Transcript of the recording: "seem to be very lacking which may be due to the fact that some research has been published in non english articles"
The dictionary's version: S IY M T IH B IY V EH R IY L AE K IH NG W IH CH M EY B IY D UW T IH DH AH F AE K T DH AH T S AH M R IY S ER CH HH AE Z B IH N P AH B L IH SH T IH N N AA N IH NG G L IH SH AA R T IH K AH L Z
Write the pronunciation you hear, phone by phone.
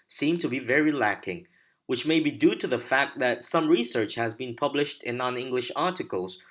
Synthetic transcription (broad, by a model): S IY M T IH B IY V EH R IY L AE K IH NG W IH CH M EY B IY D UW T IH DH AH F AE K T DH AH T S AH M R IY S ER CH HH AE Z B IH N P AH B L IH SH T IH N N AA N IH NG G L IH SH AA R T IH K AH L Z